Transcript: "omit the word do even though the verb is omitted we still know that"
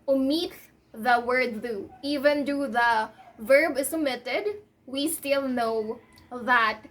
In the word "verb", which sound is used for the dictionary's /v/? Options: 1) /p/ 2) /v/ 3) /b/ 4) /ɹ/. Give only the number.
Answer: 2